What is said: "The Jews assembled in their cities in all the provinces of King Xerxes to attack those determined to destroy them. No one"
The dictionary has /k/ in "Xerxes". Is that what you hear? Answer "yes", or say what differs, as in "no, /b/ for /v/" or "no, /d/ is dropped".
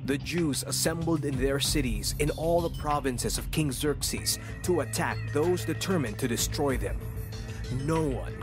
yes